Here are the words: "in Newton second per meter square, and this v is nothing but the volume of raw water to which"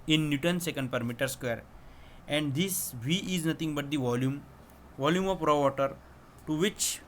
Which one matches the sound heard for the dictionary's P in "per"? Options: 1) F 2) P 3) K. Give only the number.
2